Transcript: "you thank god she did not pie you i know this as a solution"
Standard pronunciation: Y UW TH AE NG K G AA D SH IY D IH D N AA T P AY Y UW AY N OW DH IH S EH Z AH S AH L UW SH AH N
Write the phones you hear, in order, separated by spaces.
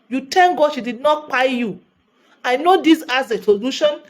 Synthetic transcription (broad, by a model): Y UW T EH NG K G AA D SH IY D IH D N AA T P AY Y UW AY N OW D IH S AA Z AH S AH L UW SH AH N